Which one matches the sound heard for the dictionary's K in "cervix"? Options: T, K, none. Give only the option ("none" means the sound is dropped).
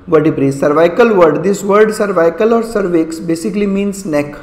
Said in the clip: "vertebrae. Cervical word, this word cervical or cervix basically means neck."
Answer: K